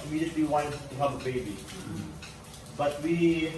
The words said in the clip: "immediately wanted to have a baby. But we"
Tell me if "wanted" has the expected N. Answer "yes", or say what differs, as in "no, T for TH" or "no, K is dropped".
no, N is dropped